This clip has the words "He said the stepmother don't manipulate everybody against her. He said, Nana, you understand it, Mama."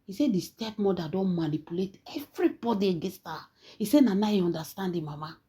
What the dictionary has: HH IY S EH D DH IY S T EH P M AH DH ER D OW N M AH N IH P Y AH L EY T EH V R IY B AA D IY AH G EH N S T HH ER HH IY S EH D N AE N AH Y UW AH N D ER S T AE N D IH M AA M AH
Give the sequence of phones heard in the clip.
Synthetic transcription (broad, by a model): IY S EH D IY S T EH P M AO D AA D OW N M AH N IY P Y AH L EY T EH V R IY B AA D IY G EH S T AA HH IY S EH N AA N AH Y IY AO N D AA S T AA N D IH M AA M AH